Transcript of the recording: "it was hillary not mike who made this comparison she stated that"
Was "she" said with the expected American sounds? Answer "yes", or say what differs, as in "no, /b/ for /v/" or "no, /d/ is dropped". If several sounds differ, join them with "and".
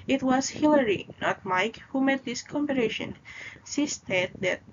no, /s/ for /ʃ/